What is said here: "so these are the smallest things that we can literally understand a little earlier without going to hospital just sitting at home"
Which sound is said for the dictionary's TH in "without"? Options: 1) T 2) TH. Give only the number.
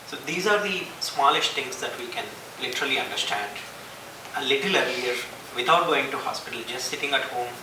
1